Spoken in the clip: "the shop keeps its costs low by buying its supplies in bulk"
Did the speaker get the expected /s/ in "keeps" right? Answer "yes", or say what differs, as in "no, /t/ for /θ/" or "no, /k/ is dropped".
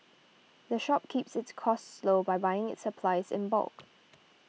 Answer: yes